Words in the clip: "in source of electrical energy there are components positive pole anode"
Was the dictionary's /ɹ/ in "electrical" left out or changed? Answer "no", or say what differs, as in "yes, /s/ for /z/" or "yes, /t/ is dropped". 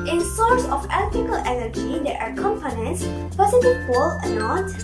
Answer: yes, /ɹ/ is dropped